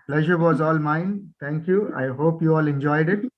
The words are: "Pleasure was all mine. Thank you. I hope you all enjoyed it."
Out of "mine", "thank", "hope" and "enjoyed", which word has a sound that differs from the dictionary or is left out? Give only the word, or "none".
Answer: thank